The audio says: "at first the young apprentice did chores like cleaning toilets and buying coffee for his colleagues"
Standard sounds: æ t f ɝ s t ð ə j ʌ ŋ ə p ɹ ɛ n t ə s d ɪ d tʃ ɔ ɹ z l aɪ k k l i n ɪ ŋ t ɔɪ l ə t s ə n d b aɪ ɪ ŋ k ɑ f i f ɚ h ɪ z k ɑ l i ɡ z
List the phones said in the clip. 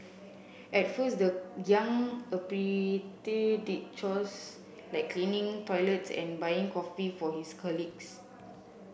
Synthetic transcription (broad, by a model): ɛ t f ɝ s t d ə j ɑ ŋ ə p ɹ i t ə d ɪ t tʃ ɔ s l aɪ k k l i n ɪ ŋ t ɔɪ l ə t s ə n b aɪ ɪ ŋ k ɑ f i f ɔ h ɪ s k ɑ l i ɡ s